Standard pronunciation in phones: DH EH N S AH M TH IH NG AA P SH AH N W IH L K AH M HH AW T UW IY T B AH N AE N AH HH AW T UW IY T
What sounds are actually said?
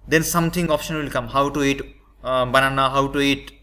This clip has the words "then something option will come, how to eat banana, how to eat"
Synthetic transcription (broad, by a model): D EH N S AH M T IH NG AA P SH AH N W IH L K AH M HH AW T UW IY T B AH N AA N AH HH AW T UW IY T